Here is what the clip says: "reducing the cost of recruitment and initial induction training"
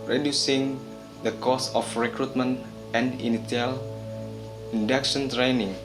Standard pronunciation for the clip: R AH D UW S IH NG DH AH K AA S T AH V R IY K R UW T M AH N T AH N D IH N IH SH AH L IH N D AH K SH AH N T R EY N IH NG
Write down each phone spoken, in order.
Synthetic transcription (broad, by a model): R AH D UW S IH NG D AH K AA S AH F R IY K R UW T M AH N T AH N D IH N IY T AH L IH N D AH K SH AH N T R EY N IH NG